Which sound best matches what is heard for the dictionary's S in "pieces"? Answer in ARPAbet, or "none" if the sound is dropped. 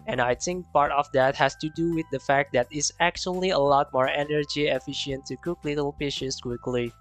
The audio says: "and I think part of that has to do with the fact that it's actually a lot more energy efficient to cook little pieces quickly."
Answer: SH